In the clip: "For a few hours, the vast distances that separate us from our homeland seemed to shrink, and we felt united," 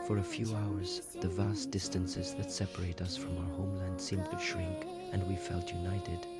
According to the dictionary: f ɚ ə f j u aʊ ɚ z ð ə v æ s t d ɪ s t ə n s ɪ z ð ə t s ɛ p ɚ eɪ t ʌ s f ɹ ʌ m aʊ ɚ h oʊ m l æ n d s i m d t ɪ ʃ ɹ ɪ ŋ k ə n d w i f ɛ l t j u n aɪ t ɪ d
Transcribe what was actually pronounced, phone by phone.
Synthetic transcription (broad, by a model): f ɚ ə f j u aʊ ɚ z ð ə v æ s d ɪ s t ə n s ɪ z ð ə t s ɛ p ɚ eɪ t ʌ s f ɹ ʌ m aʊ ɚ h oʊ m l æ n d s i m t ɪ ʃ ɹ ɪ ŋ k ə n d w i f ɛ l t j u n aɪ t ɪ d